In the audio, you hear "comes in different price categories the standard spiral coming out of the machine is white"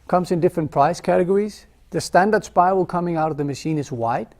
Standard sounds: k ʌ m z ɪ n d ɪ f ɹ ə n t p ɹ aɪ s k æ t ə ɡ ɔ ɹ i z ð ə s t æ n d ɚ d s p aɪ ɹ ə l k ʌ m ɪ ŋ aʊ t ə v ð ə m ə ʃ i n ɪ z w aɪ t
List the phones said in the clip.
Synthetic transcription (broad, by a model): k ʌ m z ɪ n d ɪ f ɹ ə n p ɹ aɪ s k æ t ə ɡ ɔ ɹ i z ð ə s t æ n d ɚ d s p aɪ ə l k ʌ m ɪ ŋ aʊ t ə v ð ə m ə ʃ i n ɪ z w aɪ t